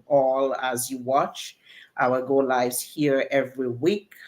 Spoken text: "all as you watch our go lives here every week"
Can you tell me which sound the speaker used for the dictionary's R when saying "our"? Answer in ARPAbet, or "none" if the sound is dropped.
L